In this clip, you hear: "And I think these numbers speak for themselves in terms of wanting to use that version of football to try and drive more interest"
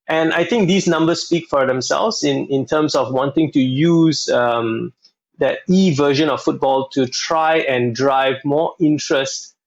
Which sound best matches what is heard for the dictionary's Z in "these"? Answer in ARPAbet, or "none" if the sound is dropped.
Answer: S